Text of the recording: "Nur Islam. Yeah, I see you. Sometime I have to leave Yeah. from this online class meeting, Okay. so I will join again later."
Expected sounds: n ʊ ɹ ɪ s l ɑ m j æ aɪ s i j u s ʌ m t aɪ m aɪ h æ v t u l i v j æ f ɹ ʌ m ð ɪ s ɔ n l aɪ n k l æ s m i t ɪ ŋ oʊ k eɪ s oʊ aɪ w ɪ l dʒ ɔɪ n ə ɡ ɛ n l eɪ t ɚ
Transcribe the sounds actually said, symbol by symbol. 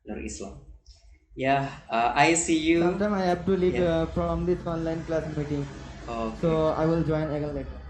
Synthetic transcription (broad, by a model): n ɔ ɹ ɪ s l ɑ m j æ aɪ s i j u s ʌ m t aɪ m aɪ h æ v t u l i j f ɹ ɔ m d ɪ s ɔ n l aɪ n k l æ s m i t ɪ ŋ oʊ s oʊ aɪ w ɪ l dʒ ɔɪ n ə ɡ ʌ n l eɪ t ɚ